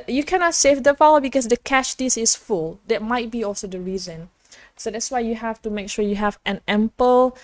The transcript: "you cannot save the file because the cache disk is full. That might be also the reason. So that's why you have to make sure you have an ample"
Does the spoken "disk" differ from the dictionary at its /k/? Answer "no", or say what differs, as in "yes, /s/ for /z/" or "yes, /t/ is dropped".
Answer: yes, /k/ is dropped